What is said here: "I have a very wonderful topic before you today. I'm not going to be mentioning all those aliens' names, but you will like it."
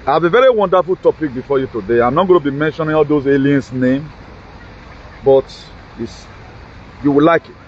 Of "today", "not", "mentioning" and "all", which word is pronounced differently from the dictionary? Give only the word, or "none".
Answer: none